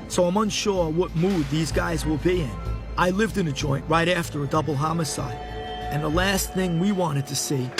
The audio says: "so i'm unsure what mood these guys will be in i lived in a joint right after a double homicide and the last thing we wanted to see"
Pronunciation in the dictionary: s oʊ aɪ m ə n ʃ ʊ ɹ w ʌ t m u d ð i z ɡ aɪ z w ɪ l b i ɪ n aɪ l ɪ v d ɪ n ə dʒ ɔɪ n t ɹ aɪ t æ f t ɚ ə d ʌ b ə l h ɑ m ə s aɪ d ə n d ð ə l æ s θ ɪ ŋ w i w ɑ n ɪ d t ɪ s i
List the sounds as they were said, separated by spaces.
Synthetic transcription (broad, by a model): s oʊ aɪ m ə n ʃ ʊ ɹ w ʌ t m u d ð i z ɡ aɪ z w ɪ l b i ɪ n aɪ l ɪ v d ɪ n ə dʒ ɔɪ n t ɹ aɪ t æ f t ɚ ə d ʌ b l h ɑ m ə s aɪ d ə n ð ə l æ s θ ɪ ŋ w i w ɑ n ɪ d t ɪ s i